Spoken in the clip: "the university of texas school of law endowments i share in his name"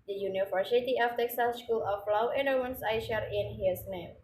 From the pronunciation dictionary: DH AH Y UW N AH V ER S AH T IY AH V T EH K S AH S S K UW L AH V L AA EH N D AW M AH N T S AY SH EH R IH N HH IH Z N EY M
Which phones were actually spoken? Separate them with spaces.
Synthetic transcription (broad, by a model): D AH Y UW N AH F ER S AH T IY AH F T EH K S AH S S K UW L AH F L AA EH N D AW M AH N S AY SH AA R IH N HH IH S N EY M